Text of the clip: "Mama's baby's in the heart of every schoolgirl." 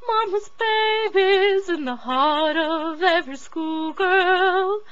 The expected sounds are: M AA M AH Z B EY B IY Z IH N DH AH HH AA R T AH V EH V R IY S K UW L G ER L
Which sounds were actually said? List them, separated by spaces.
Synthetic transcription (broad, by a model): M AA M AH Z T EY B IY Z IH N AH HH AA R T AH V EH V IY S K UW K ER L